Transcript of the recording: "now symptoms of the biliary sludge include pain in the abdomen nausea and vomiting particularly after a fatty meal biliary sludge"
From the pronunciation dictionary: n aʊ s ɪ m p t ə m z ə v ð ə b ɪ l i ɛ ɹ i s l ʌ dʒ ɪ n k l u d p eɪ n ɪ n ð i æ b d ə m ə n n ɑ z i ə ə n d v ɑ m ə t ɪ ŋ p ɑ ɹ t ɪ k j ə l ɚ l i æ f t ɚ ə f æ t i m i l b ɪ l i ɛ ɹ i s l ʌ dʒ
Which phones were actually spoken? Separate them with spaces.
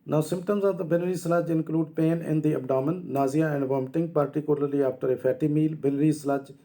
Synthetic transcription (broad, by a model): n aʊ s ɪ m p t ə m z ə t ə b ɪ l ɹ i s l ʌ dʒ ɪ n k l u d p eɪ n ɪ n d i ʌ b d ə m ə n n ɑ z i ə ə n d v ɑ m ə t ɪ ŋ p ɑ ɹ t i k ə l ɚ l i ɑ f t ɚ ə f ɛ t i m i l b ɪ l ɹ i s l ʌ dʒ